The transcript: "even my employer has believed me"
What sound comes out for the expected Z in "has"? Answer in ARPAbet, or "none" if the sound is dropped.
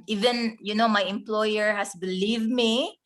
S